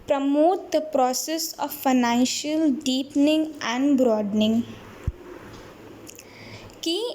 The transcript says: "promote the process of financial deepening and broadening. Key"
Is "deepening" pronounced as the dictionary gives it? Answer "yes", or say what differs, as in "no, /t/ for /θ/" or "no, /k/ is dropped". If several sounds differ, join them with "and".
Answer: yes